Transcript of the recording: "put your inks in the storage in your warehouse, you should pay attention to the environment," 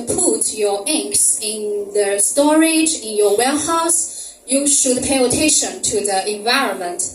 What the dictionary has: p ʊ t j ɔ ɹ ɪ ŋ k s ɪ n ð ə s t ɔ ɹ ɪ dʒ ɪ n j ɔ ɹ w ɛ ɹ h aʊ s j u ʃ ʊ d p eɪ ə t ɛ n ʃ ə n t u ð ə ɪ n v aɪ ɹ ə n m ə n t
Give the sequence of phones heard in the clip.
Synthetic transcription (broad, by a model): p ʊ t j ɔ ɹ ɪ ŋ k s ɪ n ð ə s t ɔ ɹ ɪ dʒ ɪ n j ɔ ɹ w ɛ l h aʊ s j u ʃ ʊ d p eɪ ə t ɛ ʃ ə n t u ð ə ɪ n v aɪ ɹ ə n m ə n t